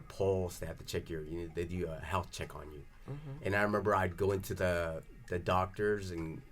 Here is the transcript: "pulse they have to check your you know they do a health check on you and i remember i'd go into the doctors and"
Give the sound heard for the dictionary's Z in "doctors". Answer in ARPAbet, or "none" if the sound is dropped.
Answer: Z